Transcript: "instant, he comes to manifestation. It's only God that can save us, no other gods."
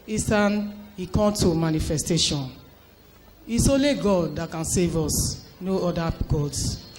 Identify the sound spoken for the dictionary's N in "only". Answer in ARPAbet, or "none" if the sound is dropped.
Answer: none